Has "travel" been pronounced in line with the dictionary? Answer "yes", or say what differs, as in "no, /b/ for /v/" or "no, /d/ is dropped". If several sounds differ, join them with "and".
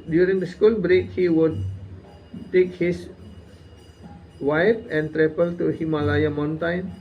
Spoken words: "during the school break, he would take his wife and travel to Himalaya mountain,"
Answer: no, /p/ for /v/